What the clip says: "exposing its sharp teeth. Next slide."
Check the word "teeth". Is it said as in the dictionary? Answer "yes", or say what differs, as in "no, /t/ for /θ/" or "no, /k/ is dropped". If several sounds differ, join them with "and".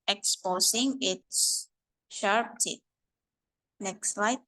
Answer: no, /t/ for /θ/